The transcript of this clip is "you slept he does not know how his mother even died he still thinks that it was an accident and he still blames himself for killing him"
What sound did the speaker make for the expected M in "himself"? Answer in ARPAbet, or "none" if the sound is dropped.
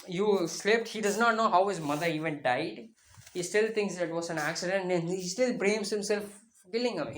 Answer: M